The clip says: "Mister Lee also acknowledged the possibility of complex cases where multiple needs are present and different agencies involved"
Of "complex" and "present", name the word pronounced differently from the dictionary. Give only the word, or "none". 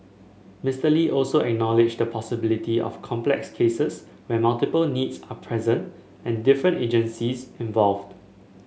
none